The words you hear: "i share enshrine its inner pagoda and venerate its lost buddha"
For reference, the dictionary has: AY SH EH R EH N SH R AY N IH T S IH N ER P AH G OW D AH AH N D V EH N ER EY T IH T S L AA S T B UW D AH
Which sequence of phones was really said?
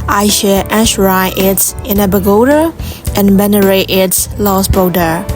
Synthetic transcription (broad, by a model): AY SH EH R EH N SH R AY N IH T S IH N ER B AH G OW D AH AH N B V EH N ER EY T IH T S L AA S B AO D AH